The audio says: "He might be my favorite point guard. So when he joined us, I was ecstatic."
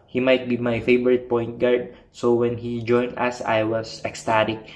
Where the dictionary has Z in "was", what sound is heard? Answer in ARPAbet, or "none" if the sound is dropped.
S